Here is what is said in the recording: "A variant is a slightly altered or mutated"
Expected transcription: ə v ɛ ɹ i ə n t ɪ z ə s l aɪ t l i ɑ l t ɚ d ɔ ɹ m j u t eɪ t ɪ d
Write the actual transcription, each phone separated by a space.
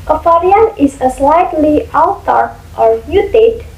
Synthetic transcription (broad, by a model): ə f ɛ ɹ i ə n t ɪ s ə s l aɪ t l i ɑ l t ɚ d ɔ ɹ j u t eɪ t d